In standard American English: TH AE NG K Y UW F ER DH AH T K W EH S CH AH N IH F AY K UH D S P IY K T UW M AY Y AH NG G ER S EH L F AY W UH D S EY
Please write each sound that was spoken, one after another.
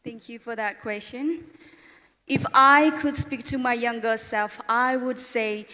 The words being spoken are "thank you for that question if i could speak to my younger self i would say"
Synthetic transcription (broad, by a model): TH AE NG K Y UW F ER DH AH T K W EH S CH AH N IH F AY K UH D S P IY K T UW M AY Y AH NG G ER S EH L F AY W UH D S EY